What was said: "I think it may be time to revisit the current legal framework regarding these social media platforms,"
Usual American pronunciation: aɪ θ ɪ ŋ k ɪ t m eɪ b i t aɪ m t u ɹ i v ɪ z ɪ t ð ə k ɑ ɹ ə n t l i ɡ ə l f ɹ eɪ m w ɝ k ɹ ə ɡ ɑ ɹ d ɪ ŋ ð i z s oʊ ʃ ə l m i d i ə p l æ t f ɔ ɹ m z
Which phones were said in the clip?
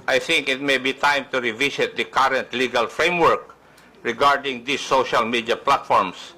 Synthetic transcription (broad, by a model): aɪ θ ɪ ŋ k ɪ t m eɪ b i t aɪ m t u ɹ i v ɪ s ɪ t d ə k ɑ ɹ ə n t l i ɡ ə l f ɹ eɪ m w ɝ k ɹ ə ɡ ɑ ɹ d ɪ ŋ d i s oʊ ʃ ə l m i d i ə p l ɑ t f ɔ ɹ m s